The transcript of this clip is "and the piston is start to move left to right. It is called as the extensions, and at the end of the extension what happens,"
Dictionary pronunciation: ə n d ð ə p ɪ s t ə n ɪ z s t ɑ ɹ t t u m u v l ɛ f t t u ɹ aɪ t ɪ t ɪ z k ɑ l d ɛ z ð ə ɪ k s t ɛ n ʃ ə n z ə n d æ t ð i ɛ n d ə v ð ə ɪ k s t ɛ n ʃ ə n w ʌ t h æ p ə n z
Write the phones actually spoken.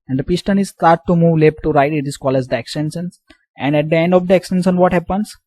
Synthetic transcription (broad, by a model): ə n d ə p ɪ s t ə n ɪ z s t ɑ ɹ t t u m u v l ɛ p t t u ɹ aɪ t ɪ t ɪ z k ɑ l ɛ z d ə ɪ k s t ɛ n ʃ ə n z ə n d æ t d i ɛ n d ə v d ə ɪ k s t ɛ n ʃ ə n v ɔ t h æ p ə n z